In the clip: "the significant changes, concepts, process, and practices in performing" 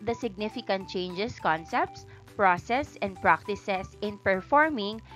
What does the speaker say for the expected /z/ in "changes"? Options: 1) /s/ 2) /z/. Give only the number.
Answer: 1